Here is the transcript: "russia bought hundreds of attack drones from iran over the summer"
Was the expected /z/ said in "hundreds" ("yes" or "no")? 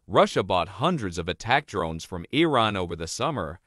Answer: yes